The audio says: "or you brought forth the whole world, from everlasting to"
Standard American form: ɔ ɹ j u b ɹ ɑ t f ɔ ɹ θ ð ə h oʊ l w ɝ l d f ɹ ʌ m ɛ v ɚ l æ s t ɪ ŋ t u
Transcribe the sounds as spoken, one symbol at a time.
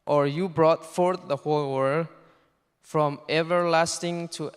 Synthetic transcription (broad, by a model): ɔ ɹ j u b ɹ ɑ t f ɔ ɹ θ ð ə h oʊ l w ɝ d f ɹ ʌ m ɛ v ɚ l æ s t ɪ ŋ t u